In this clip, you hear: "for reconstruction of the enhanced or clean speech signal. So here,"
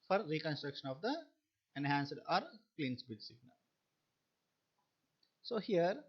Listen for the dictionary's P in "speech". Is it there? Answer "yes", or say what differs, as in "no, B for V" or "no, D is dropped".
no, B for P